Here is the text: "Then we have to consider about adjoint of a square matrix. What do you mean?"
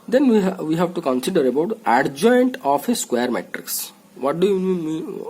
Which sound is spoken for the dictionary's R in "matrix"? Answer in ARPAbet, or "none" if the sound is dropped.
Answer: R